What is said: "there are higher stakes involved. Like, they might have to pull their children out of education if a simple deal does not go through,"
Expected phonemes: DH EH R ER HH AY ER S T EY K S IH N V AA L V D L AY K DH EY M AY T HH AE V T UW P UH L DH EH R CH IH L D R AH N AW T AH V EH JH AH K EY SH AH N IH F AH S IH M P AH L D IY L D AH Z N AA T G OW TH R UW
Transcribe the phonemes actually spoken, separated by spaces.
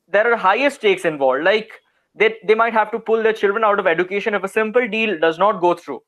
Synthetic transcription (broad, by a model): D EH R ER HH AY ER S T EY K S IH N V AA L D L AY K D EY M AY T HH AE V T UW P UH L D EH R CH IH L D R AH N AW T AH V EH JH AH K EY SH AH N IH F AH S IH M P AH L D IY L D AH Z N AA T G OW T R UW